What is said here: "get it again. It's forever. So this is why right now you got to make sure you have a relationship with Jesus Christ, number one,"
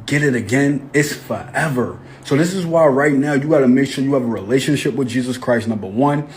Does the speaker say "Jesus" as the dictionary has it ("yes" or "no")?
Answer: yes